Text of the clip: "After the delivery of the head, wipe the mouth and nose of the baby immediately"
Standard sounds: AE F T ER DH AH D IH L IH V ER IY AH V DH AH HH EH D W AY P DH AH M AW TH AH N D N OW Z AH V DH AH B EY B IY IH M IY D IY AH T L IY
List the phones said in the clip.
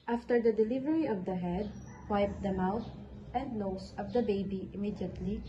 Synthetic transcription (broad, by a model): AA F T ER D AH D IH L IH V ER IY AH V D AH HH EH D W AY P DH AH M AW T AH N D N OW S AH V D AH B EY B IY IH M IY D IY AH T L IY